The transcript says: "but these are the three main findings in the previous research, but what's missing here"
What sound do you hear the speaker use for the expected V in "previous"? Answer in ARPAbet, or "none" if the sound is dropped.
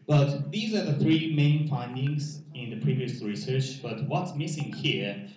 V